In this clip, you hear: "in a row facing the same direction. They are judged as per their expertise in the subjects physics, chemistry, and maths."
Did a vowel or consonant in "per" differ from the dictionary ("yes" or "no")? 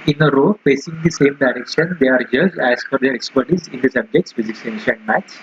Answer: yes